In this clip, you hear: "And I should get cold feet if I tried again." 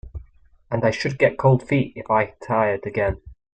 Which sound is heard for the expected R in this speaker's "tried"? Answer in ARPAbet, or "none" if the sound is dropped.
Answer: none